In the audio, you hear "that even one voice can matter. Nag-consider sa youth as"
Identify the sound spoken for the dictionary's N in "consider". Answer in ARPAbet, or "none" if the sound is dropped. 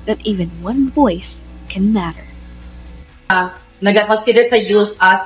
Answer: none